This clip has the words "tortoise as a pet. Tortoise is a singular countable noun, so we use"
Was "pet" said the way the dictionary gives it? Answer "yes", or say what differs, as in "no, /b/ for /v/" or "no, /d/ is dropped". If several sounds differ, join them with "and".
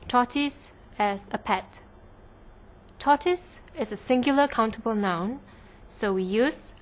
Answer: yes